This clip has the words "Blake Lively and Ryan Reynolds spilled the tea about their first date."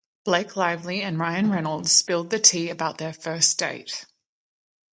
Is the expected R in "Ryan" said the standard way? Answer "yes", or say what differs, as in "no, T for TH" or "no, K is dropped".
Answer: yes